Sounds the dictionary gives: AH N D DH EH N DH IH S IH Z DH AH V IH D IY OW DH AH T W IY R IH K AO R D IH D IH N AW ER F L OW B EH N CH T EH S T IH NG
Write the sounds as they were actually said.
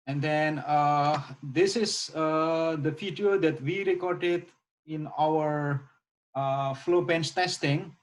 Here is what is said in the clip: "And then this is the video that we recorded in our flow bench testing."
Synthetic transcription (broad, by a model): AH N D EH N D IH S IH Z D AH F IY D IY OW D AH T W IY R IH K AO R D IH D IH N AW ER F L OW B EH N S T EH S T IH NG